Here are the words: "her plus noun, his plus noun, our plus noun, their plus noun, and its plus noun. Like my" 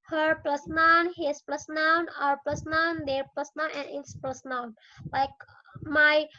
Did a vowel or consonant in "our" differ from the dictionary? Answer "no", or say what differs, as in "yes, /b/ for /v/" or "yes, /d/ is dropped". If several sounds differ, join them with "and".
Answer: no